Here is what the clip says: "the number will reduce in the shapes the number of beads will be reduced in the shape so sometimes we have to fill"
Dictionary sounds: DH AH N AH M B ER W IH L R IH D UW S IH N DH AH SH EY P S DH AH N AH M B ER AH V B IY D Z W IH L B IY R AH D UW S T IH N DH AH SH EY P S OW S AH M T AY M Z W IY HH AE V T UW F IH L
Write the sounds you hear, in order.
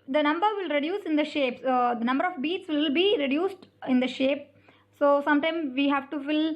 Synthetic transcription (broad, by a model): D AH N AH M B ER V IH L R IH D UW S IH N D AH SH EY P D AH N AH M B ER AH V B IY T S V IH L B IY R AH D UW S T IH N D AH SH EY P S OW S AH M T AY M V IY HH AE V T UW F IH L